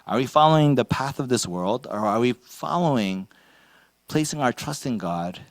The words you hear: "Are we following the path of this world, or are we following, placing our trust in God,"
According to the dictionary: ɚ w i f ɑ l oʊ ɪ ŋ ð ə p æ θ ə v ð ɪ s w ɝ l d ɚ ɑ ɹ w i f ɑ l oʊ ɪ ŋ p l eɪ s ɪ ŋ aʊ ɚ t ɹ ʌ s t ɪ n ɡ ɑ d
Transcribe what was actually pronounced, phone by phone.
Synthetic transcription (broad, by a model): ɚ w i f ɑ l oʊ ɪ ŋ ð ə p æ θ ə v ð ɪ s w ɝ l d ɚ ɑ ɹ w i f ɑ l oʊ ɪ ŋ p l eɪ s ɪ ŋ aʊ ɚ t ɹ ʌ s t ɪ n ɡ ɑ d